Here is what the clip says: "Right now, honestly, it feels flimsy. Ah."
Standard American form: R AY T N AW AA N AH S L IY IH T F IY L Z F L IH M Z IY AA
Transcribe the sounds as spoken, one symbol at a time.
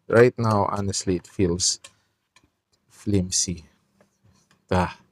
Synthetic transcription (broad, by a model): R AY T N AW AA N AH S L IY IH T F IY L S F L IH M S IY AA